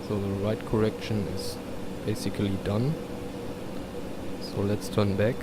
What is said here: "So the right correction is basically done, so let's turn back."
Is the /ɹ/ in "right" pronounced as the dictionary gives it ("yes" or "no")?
yes